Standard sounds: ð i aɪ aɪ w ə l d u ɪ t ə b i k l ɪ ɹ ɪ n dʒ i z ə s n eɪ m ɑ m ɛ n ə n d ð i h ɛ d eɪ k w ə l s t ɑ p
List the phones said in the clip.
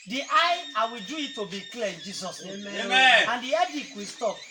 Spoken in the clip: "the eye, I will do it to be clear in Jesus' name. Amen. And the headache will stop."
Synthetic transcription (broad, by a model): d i aɪ aɪ w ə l d u ɪ t ə b i k l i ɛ ɪ n dʒ i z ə s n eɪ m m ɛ ə n d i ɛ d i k w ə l s t ɑ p